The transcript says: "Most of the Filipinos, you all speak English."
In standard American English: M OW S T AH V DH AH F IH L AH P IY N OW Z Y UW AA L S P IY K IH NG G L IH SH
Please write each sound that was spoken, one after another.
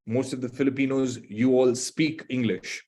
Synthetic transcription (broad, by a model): M OW S T AH V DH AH F IH L AH P IY N OW Z Y UW AA L S P IY K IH NG G L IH SH